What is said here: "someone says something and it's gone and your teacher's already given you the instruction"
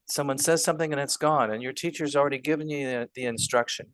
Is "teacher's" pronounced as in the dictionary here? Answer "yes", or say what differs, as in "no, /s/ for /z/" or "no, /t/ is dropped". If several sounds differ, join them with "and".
yes